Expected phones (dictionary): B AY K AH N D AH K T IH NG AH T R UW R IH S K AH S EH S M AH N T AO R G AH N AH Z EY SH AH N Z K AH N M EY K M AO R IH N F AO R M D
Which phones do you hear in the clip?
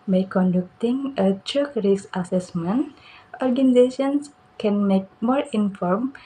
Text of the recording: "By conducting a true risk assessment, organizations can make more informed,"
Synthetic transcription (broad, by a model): B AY K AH N D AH K T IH NG AH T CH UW R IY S AH S EH S M AH N T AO R G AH N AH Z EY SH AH N S K AH N M EY K M AO R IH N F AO R M